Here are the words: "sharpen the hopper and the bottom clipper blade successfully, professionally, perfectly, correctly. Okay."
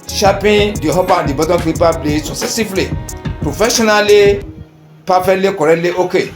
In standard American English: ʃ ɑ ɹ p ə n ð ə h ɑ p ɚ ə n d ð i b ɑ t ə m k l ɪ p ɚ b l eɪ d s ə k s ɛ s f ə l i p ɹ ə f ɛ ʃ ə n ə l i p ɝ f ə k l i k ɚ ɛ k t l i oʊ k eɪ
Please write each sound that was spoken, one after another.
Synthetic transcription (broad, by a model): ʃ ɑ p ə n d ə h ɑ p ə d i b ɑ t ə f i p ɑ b l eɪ s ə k s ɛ s ə l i p ɹ ə f ɛ ʃ ə n ə l i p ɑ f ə l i k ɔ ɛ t l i oʊ k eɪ